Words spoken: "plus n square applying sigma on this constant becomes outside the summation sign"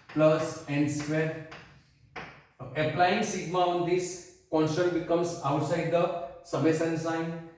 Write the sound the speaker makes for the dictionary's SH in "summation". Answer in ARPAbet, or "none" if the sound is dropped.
S